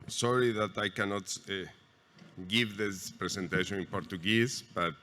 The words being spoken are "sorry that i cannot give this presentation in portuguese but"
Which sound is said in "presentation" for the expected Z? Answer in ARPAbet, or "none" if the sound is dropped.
S